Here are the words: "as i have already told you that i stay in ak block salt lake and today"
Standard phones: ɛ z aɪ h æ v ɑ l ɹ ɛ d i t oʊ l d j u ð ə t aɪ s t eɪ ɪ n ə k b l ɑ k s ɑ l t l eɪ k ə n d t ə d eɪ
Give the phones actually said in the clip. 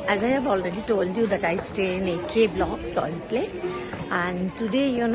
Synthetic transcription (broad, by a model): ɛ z aɪ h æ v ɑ l ɹ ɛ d i t oʊ l d j u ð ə t aɪ s t eɪ ɪ n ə k b l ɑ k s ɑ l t l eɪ ə n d t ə d eɪ